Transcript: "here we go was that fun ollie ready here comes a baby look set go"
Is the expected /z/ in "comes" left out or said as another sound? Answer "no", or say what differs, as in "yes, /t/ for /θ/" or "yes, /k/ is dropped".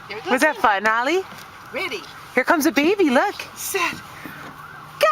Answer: no